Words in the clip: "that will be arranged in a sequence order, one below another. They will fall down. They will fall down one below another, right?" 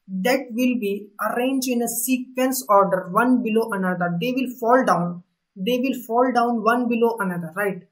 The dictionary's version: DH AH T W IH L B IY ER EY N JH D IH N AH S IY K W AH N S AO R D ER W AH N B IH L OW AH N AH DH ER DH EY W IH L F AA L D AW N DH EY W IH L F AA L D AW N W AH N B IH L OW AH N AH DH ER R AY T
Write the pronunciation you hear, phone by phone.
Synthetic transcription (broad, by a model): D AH T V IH L B IY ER EY N JH IH N AH S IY K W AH N S AO R D ER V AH N B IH L OW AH N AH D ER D EY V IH L F AA L D AW N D EY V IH L F AA L D AW N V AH N B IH L OW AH N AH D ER R AY T